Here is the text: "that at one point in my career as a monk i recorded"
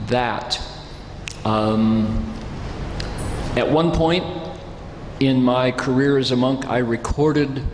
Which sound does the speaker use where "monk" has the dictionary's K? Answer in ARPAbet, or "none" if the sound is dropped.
K